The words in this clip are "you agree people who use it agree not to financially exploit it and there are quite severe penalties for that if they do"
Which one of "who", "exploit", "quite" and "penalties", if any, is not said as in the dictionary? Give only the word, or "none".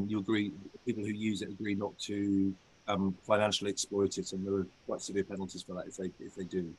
none